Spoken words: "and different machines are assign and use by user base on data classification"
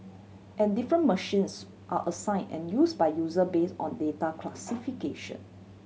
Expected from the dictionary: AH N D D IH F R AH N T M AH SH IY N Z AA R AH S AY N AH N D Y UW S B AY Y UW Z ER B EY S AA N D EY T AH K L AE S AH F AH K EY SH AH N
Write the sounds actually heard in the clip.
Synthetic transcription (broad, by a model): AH N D D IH F R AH N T M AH SH IY N S AA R AH S AY N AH N Y UW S B AY Y UW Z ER B EY S AA N D EY T AH K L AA S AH F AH K EY SH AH N